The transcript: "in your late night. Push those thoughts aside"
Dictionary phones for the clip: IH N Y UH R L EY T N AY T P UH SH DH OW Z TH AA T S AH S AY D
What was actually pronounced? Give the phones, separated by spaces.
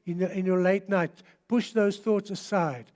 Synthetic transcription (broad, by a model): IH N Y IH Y L EY T N AY T P UH SH DH OW Z TH AA T S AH S AY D